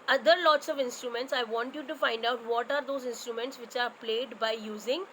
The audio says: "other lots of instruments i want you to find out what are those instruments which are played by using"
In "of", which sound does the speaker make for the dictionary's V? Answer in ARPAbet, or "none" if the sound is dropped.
V